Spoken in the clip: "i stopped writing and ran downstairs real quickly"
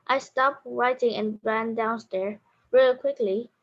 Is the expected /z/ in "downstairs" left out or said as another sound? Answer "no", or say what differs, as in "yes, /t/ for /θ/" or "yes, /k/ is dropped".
yes, /z/ is dropped